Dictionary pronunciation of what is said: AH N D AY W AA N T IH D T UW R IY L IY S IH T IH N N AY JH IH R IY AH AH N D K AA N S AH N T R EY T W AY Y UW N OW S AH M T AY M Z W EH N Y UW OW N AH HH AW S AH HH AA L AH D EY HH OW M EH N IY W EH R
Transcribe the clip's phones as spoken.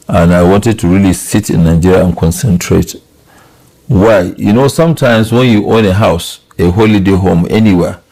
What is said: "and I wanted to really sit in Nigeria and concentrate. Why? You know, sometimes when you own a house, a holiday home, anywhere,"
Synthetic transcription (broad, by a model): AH N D AY W AA N T IH D T UW R IY L IY S IH T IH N N AY JH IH R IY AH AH N K AA N S AH N T R EY T W AY Y UW N OW S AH M T AY M S W EH N Y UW OW N AH HH AW S AH HH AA L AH D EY HH OW M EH N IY W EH